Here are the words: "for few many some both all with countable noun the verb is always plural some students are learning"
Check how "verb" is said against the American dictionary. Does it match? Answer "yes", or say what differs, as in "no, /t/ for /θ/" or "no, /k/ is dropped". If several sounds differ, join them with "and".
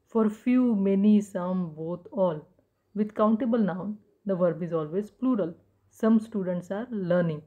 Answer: yes